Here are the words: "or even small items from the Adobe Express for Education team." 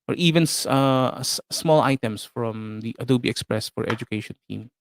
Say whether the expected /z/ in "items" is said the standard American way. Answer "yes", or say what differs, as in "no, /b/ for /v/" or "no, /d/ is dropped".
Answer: no, /s/ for /z/